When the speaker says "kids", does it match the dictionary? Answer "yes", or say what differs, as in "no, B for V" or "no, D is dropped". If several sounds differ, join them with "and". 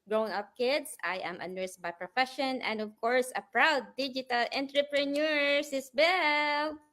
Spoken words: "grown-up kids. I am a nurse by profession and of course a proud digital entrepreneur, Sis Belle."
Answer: no, S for Z